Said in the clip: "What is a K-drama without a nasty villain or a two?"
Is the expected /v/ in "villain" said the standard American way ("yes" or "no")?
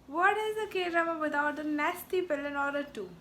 no